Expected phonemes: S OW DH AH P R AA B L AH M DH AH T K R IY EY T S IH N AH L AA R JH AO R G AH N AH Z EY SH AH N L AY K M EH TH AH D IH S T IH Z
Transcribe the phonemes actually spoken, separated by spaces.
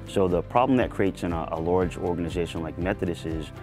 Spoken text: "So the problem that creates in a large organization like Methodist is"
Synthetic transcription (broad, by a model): S OW DH AH P R AA B L AH M DH AH T K R IY EY T S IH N AH L AA R JH AO R G AH N AH Z EY SH AH N L AY K M EH TH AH D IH S IH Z